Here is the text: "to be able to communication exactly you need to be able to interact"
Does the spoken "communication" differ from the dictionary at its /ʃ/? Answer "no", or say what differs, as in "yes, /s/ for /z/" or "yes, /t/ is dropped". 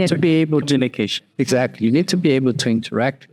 yes, /ʃ/ is dropped